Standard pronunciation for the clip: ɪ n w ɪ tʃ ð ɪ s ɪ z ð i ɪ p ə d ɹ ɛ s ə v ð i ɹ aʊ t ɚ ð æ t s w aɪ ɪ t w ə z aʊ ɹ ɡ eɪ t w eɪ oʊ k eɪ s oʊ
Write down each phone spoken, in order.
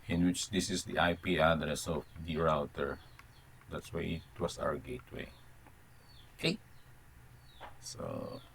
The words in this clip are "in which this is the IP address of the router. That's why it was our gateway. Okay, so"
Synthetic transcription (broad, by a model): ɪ n w ɪ tʃ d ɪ s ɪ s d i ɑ p ə d ɹ ɛ s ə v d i ɹ aʊ t ɚ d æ t s w aɪ ɪ t w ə s aʊ ɹ ɡ eɪ t w eɪ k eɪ s oʊ